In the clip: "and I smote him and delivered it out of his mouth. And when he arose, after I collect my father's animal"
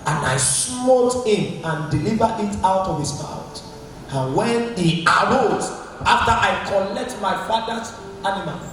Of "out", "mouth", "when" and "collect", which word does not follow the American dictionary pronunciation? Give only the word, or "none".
mouth